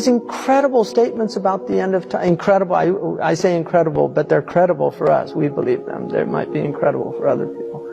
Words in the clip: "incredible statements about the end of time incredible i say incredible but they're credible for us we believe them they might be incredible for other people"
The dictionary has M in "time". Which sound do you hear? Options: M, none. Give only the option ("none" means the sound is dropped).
none